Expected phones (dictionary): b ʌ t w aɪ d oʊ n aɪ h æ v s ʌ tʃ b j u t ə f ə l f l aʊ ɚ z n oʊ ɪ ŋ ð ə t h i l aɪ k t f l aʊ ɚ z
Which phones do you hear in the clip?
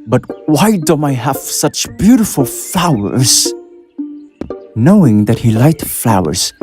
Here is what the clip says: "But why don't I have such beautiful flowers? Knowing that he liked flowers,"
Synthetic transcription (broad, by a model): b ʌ t w aɪ d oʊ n aɪ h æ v s ʌ tʃ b j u t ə f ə l f l aʊ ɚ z n oʊ ɪ ŋ ð ə t h i l aɪ t f l aʊ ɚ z